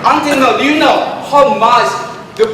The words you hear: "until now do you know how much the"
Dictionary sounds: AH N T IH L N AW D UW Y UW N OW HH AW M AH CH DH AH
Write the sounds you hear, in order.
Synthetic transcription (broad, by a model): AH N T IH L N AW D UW Y UW N OW HH AW M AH S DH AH